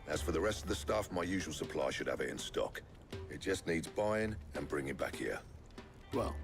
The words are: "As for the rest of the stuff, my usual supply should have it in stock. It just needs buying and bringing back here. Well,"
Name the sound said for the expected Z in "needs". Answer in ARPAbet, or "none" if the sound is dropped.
Z